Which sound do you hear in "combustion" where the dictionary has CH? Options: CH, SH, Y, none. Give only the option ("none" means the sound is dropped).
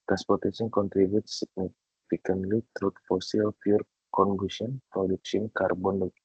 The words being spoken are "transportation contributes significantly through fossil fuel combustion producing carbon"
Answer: none